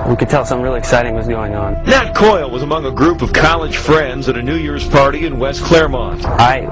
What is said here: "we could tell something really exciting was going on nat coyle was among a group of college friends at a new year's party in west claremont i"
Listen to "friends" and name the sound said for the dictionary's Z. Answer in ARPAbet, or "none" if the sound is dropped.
Z